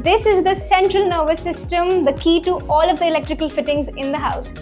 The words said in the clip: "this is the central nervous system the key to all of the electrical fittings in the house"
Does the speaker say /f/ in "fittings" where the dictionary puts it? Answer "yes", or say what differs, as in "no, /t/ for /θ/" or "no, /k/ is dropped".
yes